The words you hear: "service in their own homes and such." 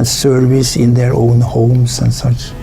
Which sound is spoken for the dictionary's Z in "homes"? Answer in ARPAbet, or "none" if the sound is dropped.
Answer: S